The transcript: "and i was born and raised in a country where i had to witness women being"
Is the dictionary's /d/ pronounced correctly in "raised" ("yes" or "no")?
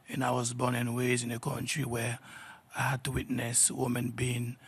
no